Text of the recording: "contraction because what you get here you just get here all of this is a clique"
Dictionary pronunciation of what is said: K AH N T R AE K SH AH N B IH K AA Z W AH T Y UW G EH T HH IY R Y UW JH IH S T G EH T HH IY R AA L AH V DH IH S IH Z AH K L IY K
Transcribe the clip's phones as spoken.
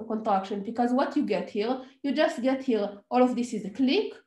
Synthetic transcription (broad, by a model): K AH N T R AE K SH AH N B IH K AA Z W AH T Y UW G EH T HH IY R Y UW JH IH S T G EH T HH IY R AA L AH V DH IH S IH Z AH K L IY K